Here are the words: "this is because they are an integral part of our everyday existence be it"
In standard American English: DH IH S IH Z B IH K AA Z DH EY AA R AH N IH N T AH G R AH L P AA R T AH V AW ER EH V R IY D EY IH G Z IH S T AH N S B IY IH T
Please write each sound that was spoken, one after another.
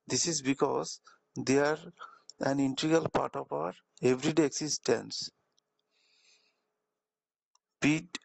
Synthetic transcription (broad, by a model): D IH S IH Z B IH K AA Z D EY AA R AH N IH N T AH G AH L P AA R T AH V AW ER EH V R IY D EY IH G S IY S T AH N S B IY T